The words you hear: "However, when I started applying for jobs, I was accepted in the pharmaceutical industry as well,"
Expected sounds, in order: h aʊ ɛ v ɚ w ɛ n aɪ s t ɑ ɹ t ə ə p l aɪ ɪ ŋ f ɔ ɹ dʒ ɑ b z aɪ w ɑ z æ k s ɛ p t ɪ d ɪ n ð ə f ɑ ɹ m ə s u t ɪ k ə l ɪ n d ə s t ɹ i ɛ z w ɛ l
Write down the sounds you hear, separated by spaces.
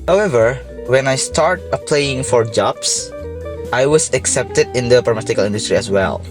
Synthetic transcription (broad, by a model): h aʊ ɛ v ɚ w ɛ n aɪ s t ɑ ɹ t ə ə p l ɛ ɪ ŋ f ɔ ɹ dʒ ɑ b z aɪ w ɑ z æ k s ɛ p t ɪ d ɪ n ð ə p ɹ ə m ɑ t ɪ k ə l ɪ n d ə s t ɹ i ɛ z w ɛ l